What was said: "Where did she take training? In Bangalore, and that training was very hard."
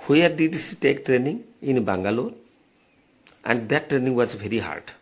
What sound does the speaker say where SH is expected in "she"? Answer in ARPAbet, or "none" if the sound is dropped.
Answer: S